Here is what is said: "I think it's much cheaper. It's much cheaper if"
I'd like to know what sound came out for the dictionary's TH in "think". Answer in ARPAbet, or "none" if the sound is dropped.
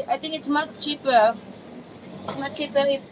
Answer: T